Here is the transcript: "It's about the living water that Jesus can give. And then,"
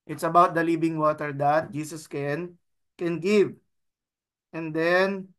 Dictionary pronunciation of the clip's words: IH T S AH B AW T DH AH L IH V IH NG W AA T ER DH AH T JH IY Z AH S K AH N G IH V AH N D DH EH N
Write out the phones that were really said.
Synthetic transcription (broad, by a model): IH T S AH B AW T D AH L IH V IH NG W AA T ER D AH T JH IY S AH S K AH N G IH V AH N D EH N